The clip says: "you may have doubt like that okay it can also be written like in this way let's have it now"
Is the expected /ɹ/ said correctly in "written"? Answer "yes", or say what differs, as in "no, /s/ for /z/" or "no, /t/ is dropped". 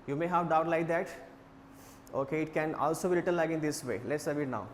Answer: no, /l/ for /ɹ/